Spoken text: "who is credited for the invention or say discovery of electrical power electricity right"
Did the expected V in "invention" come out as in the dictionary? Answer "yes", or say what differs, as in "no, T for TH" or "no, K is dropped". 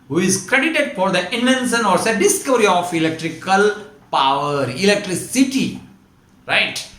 no, V is dropped